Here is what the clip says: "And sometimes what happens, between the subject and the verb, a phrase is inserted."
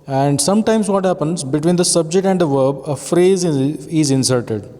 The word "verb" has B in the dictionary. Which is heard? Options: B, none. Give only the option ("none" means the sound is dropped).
B